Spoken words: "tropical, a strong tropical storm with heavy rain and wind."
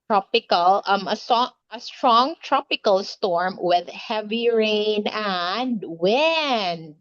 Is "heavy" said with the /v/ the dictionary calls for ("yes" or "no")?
yes